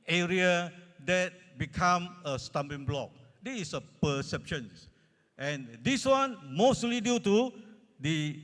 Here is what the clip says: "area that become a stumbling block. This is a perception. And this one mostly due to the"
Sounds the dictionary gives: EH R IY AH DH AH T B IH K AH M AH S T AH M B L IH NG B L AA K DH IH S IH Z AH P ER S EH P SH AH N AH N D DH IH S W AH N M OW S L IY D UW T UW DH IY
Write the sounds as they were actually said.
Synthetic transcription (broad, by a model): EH R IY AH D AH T B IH K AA M AH S T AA M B IH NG B L AA K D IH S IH S AH P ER S EH P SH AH N AH N D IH S W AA N M OW S L IY D UW T UW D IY